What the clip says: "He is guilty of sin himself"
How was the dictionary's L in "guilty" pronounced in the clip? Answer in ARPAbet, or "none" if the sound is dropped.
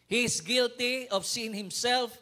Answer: L